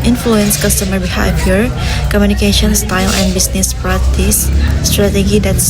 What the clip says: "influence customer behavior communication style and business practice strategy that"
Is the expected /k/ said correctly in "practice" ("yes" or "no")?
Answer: no